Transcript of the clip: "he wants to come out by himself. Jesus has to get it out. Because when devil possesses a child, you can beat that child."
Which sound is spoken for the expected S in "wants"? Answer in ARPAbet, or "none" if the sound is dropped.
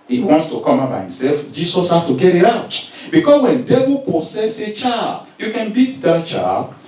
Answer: S